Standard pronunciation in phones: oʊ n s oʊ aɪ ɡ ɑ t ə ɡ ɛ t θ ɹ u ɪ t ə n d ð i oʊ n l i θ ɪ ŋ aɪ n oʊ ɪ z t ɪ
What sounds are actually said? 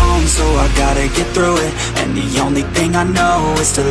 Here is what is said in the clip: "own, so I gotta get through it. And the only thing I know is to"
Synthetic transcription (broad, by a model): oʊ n s oʊ aɪ ɡ ɑ t ə ɡ ɛ t θ ɹ u ɪ t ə n ð i oʊ n l i θ ɪ ŋ aɪ n oʊ ɪ z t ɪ